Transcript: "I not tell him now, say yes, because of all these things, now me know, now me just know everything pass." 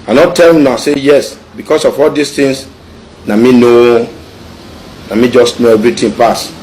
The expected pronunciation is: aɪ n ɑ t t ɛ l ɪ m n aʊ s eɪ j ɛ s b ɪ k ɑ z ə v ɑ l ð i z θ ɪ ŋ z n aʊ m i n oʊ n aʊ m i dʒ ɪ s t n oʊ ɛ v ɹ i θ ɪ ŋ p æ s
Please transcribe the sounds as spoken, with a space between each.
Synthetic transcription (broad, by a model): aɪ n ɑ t t ɛ l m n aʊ s eɪ j ɛ s b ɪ k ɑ s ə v ɑ l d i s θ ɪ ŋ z n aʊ m i n oʊ n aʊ m i dʒ ɪ s t n oʊ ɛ v ɹ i t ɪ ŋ p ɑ s